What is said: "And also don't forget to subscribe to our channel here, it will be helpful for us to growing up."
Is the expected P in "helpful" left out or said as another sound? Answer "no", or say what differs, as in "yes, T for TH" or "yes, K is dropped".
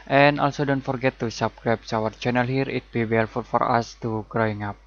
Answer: yes, P is dropped